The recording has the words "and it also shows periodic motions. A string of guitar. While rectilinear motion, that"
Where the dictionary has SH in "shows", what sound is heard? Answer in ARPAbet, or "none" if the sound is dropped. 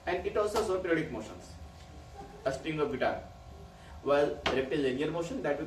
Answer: S